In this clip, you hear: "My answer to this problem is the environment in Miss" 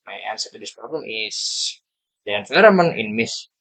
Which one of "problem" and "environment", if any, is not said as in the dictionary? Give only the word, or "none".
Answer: environment